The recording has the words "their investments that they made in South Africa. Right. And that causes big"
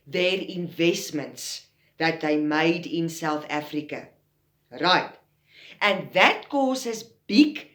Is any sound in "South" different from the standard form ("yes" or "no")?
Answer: no